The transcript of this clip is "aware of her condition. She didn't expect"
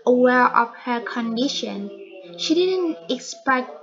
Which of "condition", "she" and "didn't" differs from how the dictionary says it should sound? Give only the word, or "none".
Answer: none